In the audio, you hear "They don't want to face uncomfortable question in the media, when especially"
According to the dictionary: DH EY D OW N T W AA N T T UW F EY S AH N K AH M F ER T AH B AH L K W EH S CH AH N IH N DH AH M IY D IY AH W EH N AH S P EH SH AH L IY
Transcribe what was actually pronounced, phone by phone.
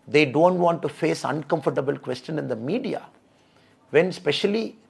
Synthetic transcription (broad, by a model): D EY D OW N T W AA N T T UW F EY S AH N K AH M F ER T AH B AH L K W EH S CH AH N IH N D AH M IY D IY AH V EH N S P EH SH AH L IY